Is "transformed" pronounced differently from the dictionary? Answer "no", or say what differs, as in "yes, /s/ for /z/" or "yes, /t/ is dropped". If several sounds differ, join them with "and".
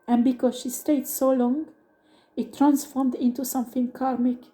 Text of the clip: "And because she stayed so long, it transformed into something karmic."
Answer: no